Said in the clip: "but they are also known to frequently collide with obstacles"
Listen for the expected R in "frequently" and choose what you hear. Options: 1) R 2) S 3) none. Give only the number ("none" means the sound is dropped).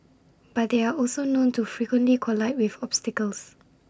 1